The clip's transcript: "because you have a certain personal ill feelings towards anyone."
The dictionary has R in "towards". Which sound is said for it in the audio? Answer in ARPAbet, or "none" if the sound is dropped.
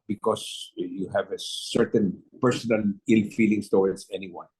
W